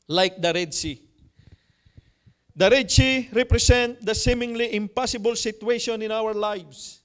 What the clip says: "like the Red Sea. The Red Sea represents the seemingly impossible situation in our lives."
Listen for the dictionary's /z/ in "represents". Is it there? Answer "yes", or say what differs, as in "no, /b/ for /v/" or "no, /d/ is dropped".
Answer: no, /s/ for /z/